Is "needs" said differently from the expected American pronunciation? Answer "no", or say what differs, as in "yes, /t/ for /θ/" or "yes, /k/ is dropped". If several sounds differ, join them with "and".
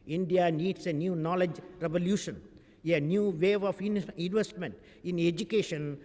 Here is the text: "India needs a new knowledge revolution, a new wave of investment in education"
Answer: yes, /s/ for /z/